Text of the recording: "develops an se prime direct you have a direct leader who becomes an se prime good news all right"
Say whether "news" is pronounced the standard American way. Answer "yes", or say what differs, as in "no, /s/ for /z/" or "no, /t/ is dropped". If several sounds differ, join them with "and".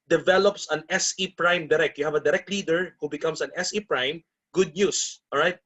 no, /s/ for /z/